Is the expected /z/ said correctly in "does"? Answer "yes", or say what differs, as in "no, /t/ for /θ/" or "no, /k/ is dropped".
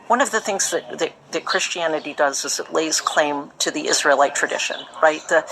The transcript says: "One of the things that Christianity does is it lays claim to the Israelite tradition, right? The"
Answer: yes